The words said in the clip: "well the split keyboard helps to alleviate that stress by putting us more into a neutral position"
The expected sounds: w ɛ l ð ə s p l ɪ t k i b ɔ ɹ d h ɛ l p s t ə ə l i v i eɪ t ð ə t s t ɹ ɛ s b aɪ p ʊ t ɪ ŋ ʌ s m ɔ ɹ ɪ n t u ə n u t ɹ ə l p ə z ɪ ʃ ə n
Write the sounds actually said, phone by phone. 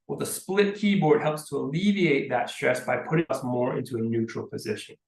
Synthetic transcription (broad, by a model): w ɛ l ð ə s p l ɪ t k i b ɔ ɹ d h ɛ l p s t ə ə l i v i eɪ t ð ə t s t ɹ ɛ s b aɪ p ʊ t ɪ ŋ ʌ s m ɔ ɹ ɪ n t u ə n u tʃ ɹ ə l p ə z ɪ ʃ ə n